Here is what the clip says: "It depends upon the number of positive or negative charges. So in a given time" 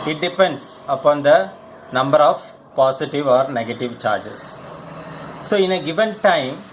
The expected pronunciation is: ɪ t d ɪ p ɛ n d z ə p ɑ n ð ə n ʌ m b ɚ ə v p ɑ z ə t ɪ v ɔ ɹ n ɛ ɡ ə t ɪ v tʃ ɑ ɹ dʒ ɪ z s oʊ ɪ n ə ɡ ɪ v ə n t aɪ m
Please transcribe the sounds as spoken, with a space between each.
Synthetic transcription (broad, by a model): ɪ t d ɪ p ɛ n d s ə p ɑ n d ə n ʌ m b ɚ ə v p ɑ s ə t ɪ v ɔ ɹ n ɛ ɡ ə t ɪ v tʃ ɑ ɹ dʒ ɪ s s oʊ ɪ n ə ɡ ɪ v ə n t aɪ m